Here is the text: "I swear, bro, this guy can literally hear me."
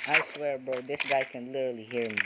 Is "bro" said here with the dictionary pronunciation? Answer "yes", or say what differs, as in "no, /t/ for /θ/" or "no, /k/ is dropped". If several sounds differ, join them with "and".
no, /ɹ/ is dropped